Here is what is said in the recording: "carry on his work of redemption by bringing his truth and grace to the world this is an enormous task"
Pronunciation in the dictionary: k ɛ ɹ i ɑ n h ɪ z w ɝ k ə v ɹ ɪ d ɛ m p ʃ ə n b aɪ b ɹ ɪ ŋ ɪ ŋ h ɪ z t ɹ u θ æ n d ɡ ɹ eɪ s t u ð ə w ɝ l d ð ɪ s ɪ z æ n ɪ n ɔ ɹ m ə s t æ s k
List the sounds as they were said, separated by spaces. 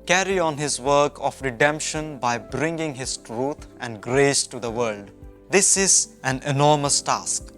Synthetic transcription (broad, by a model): k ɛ ɹ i ɑ n h ɪ z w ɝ k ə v ɹ ɪ d ɛ m p ʃ ə n b aɪ b ɹ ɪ ŋ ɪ ŋ h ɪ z t ɹ u t æ n d ɡ ɹ eɪ s t u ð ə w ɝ l d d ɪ s ɪ z æ n ɪ n ɔ ɹ m ə s t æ s k